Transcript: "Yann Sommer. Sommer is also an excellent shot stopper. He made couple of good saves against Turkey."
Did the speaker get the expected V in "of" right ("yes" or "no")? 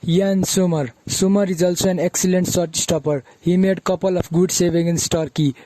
no